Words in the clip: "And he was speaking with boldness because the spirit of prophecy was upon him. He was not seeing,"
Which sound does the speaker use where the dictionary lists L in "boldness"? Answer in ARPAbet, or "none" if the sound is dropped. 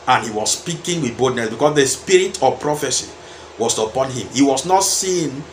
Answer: none